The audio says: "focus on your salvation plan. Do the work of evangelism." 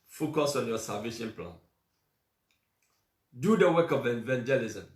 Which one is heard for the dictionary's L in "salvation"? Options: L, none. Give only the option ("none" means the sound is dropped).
none